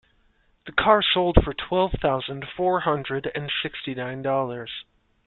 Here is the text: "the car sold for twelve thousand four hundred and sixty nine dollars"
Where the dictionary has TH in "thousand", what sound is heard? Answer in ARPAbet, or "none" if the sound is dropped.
TH